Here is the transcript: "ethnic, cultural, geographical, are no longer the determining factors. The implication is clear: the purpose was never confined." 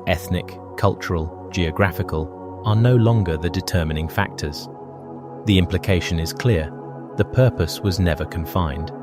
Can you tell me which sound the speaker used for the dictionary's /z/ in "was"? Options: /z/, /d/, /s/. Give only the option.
/z/